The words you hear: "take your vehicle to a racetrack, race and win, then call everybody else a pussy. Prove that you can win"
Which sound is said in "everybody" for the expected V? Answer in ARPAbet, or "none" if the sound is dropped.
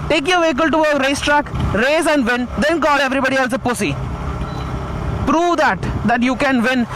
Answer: V